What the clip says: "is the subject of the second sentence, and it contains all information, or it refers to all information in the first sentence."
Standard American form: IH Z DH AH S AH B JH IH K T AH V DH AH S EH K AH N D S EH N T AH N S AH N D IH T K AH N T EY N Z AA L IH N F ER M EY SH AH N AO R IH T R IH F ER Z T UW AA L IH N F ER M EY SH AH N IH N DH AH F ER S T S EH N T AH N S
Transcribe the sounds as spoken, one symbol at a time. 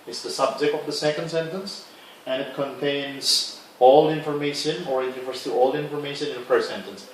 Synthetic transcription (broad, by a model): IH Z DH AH S AH B JH IH K T AH V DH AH S EH K AH N D S EH N T AH N S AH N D IH T K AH N T EY N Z AA L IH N F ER M EY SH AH N AO R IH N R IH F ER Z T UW AA L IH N F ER M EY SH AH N IH N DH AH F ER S S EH N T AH N S